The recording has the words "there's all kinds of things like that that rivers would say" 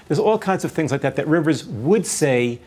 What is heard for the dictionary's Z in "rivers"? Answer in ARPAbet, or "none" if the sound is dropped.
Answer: Z